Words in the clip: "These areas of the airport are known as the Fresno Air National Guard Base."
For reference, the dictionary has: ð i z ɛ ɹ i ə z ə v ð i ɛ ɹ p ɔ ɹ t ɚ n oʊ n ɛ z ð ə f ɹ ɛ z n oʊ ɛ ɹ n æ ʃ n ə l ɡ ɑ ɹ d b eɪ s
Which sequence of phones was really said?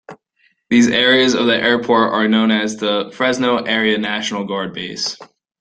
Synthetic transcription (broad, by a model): ð i z ɛ ɹ i ə z ə v ð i ɛ ɹ p ɔ ɹ t ɚ n oʊ n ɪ z ð ə f ɹ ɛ z n oʊ ɛ ɹ n æ ʃ n l ɡ ɑ ɹ d b eɪ s